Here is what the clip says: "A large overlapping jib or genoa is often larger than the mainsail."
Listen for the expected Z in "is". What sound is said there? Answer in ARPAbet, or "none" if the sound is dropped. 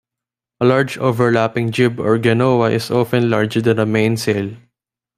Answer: S